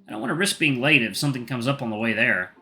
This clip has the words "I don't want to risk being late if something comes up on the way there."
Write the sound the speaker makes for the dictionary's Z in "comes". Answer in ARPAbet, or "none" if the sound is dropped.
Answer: Z